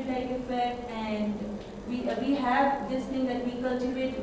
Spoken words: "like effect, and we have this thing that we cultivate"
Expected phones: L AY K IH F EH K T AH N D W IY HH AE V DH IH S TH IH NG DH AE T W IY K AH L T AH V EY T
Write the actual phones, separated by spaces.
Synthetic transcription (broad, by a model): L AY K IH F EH T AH N D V IY HH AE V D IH S T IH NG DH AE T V IY K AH L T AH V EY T